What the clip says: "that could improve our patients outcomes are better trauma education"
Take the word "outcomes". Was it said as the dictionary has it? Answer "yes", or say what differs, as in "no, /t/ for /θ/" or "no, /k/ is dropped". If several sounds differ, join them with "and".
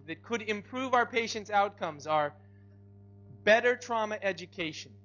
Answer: yes